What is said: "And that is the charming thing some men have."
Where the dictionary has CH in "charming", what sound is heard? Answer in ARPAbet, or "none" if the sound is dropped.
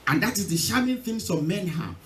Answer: SH